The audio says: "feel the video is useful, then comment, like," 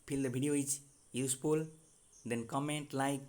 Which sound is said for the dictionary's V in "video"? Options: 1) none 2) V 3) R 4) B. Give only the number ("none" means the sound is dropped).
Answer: 4